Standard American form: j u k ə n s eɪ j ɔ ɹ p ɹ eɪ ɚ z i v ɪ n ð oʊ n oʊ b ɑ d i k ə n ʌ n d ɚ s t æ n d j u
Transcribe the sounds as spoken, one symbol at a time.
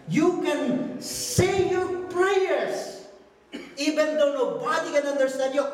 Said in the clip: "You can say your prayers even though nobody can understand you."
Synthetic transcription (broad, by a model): j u k ə n s eɪ j ɔ ɹ p ɹ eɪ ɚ s i v ɪ n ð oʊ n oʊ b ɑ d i k ə n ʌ n d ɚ s t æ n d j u